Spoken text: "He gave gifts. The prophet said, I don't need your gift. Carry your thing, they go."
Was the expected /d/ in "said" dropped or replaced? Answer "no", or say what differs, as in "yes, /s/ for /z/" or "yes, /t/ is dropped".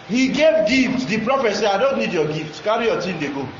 yes, /d/ is dropped